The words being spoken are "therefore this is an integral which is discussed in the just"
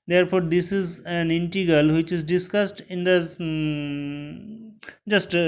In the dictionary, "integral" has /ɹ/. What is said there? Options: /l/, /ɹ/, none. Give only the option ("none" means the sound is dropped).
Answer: none